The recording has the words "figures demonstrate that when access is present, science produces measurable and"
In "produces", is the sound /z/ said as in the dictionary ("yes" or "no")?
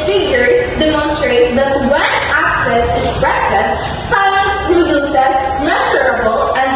no